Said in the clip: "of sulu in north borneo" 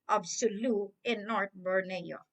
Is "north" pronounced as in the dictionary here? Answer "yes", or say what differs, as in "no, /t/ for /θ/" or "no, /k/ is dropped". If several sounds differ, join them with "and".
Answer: no, /t/ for /θ/